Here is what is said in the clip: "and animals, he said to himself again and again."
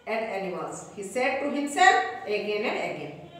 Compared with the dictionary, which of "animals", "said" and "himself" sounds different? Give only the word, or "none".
animals